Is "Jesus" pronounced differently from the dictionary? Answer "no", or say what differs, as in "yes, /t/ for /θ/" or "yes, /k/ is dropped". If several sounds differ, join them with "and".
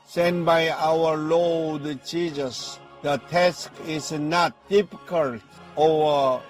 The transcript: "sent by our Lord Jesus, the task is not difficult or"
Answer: yes, /tʃ/ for /dʒ/